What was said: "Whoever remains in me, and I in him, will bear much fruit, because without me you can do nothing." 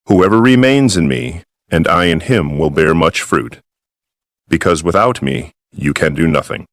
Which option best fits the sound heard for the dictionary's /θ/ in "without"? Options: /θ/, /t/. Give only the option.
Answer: /θ/